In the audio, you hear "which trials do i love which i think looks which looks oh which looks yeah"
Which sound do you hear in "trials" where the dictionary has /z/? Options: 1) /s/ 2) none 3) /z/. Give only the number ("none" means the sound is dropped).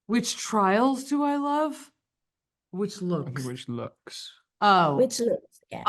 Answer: 3